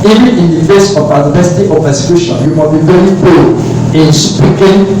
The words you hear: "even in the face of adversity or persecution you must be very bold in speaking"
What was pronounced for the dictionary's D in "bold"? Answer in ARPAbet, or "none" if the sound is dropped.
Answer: none